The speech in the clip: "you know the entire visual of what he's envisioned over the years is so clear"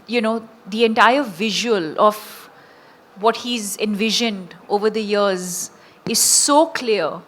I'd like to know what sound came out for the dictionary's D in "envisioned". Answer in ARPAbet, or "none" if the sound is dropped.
D